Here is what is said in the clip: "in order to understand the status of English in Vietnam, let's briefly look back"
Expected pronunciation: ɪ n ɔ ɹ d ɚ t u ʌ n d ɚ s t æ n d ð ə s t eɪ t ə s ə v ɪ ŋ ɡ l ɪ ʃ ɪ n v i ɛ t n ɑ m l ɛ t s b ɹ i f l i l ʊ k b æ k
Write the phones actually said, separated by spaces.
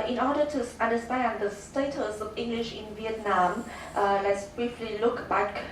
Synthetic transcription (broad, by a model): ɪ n ɔ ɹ d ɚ t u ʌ n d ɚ s t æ n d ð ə s t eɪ t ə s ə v ɪ ŋ ɡ l ɪ ʃ ɪ n v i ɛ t n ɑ m l ɛ t s b ɹ i f l i l ʊ k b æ k